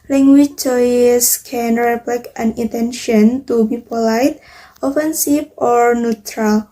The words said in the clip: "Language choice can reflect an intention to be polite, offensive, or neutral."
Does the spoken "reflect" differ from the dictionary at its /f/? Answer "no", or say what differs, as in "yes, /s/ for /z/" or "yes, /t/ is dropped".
yes, /p/ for /f/